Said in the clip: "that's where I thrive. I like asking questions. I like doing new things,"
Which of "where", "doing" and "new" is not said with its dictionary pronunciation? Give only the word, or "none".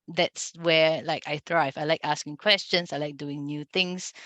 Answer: where